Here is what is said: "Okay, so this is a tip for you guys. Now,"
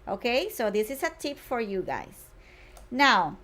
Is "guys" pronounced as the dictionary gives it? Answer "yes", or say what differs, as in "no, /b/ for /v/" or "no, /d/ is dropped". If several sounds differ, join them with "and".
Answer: no, /s/ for /z/